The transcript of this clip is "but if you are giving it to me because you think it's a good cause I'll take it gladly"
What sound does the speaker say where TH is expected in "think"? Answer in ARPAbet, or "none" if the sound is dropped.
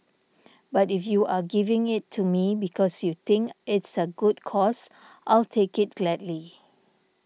T